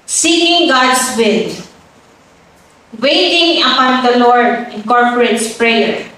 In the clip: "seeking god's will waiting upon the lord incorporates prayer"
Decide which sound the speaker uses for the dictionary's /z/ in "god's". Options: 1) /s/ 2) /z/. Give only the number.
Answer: 1